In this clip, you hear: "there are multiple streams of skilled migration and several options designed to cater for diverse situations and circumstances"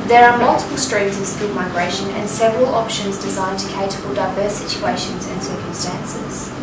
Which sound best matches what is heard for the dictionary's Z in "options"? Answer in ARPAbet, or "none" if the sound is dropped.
Z